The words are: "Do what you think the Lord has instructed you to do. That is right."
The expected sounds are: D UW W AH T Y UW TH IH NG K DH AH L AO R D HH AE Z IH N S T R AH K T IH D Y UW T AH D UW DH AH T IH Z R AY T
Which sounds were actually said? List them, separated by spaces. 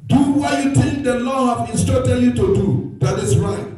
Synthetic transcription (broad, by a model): D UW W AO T Y UW T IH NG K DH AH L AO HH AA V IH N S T AO T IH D Y UW T AH D UW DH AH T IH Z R AY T